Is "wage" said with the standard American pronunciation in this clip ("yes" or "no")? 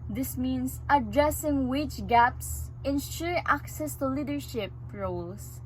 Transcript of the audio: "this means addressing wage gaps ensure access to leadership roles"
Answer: no